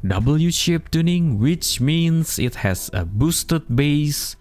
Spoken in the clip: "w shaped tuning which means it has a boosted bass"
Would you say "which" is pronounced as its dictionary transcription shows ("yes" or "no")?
yes